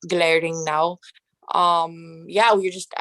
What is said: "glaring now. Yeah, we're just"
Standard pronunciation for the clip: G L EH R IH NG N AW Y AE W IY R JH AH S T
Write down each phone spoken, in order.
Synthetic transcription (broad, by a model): G L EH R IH NG N AW Y AE W IY R JH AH S T